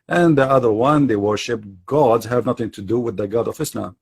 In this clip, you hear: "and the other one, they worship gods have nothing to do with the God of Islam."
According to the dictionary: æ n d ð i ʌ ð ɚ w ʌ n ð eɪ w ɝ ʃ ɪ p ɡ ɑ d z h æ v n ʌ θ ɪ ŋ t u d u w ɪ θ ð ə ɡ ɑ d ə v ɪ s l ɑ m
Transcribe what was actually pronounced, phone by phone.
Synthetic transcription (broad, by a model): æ n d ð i ʌ ð ɚ w ʌ n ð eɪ w ɝ ʃ ɪ p ɡ ɑ d z h æ v n ʌ θ ɪ ŋ t u d u w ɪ ð ə ɡ ɑ d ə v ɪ s l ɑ m